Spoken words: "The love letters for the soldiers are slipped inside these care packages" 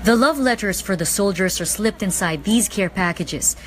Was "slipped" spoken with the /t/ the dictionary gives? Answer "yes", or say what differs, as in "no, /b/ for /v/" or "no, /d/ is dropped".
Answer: yes